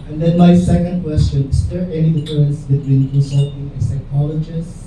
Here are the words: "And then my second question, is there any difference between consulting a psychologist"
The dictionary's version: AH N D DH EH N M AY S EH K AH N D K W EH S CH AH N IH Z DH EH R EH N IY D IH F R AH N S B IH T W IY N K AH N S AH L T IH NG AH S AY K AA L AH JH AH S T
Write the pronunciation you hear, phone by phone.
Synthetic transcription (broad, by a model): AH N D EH N M AY S EH K AH N D K W EH S CH AH N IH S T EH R EH N IY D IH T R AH N S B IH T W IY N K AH S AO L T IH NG AH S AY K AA L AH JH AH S